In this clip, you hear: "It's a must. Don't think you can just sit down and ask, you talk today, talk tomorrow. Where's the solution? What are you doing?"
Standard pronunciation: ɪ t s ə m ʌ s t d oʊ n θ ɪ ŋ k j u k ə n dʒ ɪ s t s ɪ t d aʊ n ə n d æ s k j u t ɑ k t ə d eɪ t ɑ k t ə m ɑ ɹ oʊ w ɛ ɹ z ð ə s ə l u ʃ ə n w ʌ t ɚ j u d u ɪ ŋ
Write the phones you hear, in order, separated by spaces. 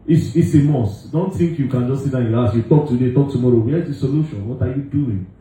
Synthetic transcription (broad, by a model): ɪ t s ə m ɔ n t d oʊ n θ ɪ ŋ k j u k ə n dʒ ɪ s s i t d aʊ ə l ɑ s j u t ɑ k t ə d eɪ t ɑ k t ə m ɑ ɹ oʊ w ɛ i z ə s ə l u ʃ ə n w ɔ t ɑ j u d u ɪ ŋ